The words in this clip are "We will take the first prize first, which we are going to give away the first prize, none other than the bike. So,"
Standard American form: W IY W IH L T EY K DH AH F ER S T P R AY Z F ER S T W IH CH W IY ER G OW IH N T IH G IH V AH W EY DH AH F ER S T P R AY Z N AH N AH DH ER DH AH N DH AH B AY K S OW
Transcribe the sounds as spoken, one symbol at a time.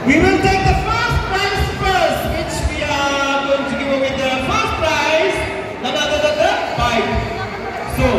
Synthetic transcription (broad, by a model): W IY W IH N T EY K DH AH F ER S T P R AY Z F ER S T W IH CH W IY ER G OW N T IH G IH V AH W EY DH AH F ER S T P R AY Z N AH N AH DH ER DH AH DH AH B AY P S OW